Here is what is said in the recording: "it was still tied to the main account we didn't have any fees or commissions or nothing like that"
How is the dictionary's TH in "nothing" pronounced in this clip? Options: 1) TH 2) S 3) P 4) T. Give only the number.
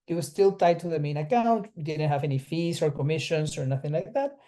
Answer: 1